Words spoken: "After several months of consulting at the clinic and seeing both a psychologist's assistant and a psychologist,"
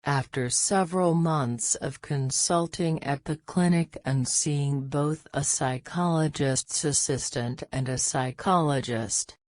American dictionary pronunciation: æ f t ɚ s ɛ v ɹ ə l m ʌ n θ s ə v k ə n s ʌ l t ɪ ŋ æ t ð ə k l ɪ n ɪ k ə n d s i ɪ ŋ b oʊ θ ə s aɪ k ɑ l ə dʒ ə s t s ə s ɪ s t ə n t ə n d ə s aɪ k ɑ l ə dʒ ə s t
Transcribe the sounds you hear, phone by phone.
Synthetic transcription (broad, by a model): æ f t ɚ s ɛ v ɹ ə l m ʌ n θ s ə v k ə n s ʌ l t ɪ ŋ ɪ t ð ə k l ɪ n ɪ k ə n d s i ɪ ŋ b oʊ θ ə s aɪ k ɑ l ə dʒ ə s t s ə s ɪ s t ə n t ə n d ə s aɪ k ɑ l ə dʒ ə s t